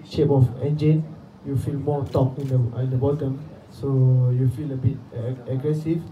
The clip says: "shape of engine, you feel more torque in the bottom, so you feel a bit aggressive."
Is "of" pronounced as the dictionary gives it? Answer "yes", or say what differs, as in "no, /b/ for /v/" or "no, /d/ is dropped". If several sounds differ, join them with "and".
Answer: no, /f/ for /v/